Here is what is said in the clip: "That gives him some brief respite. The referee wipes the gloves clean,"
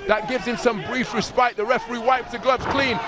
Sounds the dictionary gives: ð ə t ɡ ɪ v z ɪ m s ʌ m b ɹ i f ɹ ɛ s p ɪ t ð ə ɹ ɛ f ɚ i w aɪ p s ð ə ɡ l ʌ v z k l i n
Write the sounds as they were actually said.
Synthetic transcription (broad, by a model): ð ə t ɡ ɪ v z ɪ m s ʌ m b ɹ i f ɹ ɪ s p ɪ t ð ə ɹ ɛ f ɚ i w aɪ p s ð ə ɡ l ʌ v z k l i n